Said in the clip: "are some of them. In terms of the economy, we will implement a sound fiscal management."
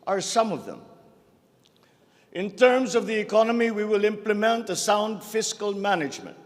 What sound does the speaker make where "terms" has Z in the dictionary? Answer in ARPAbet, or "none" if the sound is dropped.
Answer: Z